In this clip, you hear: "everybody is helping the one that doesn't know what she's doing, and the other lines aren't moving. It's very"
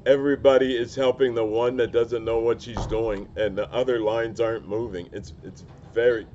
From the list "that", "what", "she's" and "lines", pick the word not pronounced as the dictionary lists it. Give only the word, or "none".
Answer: none